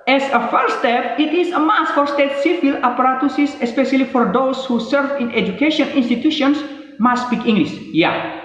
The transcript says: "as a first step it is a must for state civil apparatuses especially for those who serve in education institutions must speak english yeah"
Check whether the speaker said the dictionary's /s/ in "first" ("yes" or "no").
no